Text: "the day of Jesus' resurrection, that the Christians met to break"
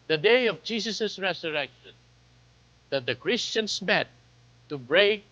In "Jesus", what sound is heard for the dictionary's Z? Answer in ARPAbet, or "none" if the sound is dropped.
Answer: S